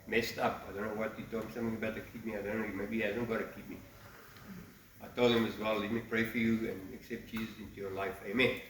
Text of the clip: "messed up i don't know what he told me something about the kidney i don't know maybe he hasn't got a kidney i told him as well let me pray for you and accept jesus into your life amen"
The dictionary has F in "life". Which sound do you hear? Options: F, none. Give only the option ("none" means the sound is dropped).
F